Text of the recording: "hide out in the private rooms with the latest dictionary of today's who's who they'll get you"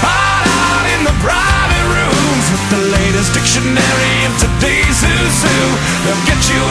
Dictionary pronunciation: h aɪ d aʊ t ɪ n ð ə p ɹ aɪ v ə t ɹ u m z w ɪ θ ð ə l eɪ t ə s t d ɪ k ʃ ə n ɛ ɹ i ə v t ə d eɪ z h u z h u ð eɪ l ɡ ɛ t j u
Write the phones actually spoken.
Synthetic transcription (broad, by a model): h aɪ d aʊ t ɪ n ð ə b ɹ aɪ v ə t ɹ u m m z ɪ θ ð ə l eɪ t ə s d ɪ k ʃ ə n ɛ ɹ i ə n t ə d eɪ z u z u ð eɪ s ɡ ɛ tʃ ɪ